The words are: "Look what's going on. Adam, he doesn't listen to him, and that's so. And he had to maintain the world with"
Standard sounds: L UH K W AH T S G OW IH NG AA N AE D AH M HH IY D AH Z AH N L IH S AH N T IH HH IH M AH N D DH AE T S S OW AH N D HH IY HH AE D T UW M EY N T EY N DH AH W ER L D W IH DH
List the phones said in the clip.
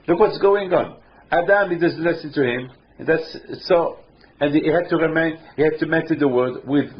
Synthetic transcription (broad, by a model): L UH K W AH T S G OW IH NG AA N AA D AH M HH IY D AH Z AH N L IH S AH N T IH HH IH M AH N DH AE T S S OW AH N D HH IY HH AE D T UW M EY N T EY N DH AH W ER D W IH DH